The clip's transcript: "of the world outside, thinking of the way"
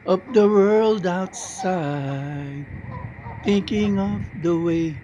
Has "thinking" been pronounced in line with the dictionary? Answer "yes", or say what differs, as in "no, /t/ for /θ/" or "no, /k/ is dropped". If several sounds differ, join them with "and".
yes